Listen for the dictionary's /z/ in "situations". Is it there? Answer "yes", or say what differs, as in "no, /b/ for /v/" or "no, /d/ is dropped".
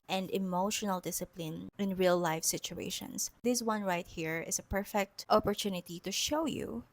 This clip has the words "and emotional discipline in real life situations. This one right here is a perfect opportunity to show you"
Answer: no, /s/ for /z/